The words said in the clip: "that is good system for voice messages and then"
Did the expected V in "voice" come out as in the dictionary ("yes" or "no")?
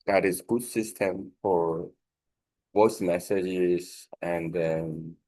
no